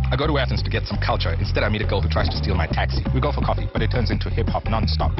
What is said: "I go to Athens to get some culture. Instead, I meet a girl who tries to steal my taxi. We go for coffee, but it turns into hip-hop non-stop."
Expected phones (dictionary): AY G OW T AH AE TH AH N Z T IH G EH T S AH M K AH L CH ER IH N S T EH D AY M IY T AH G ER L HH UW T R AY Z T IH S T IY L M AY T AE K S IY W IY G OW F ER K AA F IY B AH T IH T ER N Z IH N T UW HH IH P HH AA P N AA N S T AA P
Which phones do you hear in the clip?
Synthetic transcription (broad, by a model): AY G OW T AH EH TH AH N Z T IH G EH T S AH M K AH L CH ER IH N S T EH D AY M IY T AH G ER L HH UW T R AY Z T IH S T IY L M AY T AE K S IY W IY G OW F ER K AA F IY B AH T IH T ER N Z IH N T UW HH IH P HH AA P N AA N S T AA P